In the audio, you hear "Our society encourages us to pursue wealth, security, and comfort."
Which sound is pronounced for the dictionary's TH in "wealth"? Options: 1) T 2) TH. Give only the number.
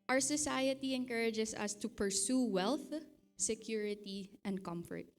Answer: 2